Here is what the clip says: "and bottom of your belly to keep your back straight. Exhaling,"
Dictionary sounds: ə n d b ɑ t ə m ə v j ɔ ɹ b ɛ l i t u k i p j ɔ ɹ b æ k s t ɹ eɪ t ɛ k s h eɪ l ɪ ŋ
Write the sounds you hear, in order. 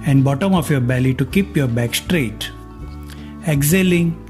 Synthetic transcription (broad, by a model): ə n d b ɑ t ə m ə f j ɔ ɹ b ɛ l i t u k i p j ɔ ɹ b æ k s t ɹ eɪ t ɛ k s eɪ l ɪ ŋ